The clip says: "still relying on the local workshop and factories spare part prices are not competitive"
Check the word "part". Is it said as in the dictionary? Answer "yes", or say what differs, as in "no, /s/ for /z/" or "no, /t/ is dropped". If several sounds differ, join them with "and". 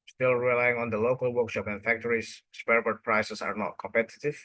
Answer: no, /b/ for /p/